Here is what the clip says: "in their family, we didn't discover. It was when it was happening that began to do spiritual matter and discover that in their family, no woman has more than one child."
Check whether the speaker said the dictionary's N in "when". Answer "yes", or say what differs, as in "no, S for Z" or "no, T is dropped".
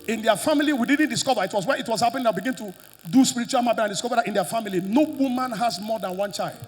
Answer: no, N is dropped